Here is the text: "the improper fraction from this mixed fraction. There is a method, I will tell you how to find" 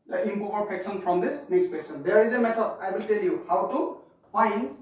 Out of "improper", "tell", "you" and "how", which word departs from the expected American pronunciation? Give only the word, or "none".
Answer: improper